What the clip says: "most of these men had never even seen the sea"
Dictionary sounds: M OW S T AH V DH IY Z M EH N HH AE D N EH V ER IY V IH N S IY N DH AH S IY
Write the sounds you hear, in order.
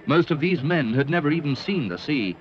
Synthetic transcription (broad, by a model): M OW S T AH V DH IY Z M EH N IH D N EH V ER IY V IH N S IY N DH AH S IY